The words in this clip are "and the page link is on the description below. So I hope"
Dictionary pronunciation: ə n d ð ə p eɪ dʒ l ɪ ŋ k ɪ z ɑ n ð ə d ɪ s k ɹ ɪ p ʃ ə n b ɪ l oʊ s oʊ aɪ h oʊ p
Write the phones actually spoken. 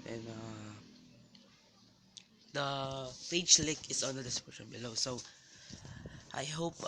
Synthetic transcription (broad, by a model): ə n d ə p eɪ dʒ l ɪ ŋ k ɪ s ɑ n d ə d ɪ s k ɪ ʃ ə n b ɪ l oʊ s oʊ aɪ h oʊ p